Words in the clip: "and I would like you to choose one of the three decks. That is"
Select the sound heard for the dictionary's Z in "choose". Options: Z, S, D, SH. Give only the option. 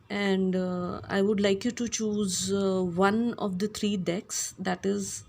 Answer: Z